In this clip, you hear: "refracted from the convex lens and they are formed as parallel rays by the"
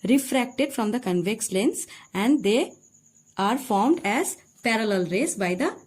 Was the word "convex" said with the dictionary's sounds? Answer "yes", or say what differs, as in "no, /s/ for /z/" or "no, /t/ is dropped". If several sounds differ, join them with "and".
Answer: yes